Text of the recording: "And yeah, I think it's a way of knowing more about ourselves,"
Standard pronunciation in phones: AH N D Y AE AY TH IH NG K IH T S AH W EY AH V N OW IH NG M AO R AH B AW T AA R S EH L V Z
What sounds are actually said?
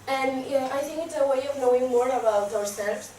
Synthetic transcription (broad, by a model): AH N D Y AY TH IH NG K IH T S AH W EY AH V N OW IH NG M AO R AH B AW T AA R S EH L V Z